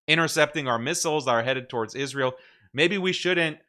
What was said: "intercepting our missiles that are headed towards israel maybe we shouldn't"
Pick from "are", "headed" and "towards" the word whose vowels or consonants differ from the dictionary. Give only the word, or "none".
none